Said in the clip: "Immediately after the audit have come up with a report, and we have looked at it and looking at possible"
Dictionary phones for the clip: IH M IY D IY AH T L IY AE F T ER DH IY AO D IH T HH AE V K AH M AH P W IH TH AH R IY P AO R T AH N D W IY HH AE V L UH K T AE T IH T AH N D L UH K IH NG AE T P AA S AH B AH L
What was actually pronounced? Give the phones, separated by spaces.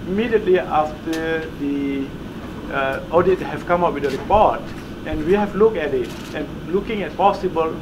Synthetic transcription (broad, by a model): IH M IY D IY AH T L IY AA F T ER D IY AO D IH T HH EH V K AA M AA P W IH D AH R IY P AO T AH N W IY HH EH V L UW K EH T IH T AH N L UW K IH NG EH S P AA S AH B AH L